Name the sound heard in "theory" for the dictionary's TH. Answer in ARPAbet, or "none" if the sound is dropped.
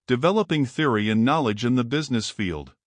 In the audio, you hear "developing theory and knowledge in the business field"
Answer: TH